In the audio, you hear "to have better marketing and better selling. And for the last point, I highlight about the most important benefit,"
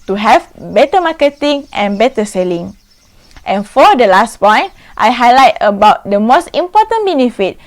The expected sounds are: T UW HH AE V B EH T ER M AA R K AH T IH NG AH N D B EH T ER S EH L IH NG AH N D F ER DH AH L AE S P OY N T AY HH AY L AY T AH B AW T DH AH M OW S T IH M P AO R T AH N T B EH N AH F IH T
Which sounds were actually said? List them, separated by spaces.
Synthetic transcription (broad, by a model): T UW HH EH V B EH T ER M AA K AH T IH NG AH N B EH T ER S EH L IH NG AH N F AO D AH L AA S P OY N T AY HH AY L AY T AH B AW T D AH M OW S T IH M P AO T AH N B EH N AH F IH T